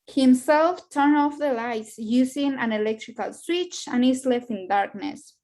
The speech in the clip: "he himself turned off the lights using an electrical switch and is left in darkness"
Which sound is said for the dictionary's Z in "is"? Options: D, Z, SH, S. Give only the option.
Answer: S